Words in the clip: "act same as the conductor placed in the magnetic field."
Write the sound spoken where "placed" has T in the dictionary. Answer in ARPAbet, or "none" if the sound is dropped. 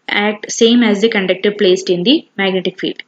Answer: T